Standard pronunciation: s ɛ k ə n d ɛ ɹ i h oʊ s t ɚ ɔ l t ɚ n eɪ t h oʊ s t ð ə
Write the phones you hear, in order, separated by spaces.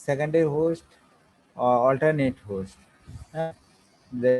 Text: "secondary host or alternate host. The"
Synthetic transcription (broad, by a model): s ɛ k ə n d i h oʊ s t ɔ l t ɚ n eɪ t h oʊ s t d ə